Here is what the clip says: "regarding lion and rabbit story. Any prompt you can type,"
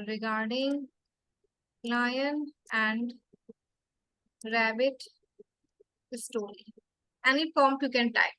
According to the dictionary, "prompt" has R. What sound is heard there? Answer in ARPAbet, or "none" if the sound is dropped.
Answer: none